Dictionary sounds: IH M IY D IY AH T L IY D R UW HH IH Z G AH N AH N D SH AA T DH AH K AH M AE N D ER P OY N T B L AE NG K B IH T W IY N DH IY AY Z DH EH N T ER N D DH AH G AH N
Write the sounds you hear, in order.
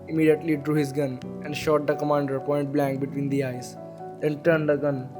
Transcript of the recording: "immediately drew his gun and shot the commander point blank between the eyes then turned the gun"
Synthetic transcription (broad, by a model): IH M IY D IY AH T L IY D R UW HH IH Z G AH N AH N D SH AA T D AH K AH M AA N D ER P OY N T B L AE NG K B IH T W IY N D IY AY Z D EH N T ER N D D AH G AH N